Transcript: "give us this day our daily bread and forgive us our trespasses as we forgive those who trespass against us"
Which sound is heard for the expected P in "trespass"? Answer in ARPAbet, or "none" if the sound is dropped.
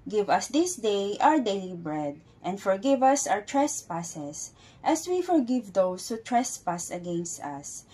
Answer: P